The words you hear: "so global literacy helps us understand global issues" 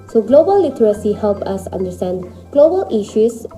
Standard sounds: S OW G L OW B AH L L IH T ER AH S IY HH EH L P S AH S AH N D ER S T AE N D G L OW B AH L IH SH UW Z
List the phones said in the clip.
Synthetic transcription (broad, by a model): S OW G L OW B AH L L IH T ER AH S IY HH EH L P AH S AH N D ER S T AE N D G L OW B AH L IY SH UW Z